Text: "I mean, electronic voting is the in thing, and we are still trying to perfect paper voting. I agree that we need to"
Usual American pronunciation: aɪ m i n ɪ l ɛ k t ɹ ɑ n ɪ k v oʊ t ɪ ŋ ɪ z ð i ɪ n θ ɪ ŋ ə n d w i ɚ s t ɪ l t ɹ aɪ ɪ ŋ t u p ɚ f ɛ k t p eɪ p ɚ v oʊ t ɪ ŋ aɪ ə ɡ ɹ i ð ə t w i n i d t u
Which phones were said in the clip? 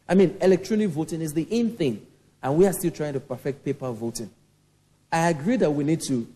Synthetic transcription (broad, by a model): aɪ m i n ɪ l ɛ k t ɹ ɑ n ɪ k v oʊ t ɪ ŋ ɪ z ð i ɪ n θ ɪ ŋ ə n w i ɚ s t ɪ l t ɹ aɪ ɪ ŋ t u p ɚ f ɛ k t p eɪ p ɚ v oʊ t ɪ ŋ aɪ ə ɡ ɹ i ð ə t w i n i d t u